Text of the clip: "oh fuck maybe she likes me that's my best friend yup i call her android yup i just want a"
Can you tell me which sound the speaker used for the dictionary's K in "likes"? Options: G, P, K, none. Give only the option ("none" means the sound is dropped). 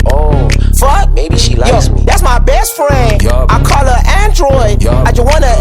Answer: none